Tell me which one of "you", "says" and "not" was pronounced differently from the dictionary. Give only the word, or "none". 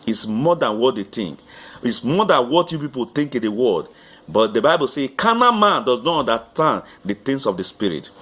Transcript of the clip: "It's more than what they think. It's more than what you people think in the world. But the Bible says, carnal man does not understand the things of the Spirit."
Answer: says